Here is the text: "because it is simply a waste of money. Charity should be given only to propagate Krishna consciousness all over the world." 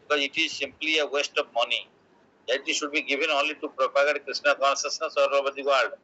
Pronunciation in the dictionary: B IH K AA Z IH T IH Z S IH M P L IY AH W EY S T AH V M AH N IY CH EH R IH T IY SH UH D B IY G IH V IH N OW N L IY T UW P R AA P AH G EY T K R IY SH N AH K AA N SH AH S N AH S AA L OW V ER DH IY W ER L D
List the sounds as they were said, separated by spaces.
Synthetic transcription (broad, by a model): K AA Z IH T IH Z S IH M P L IY AH W EY S T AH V M AH N IY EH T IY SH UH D B IY G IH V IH N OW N L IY T UW P R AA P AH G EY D K R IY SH N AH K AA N S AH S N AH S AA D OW B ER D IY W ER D D